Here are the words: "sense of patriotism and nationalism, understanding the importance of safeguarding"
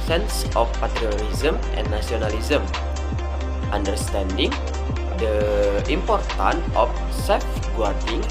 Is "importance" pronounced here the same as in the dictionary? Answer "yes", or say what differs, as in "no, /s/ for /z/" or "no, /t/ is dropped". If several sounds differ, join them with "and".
no, /s/ is dropped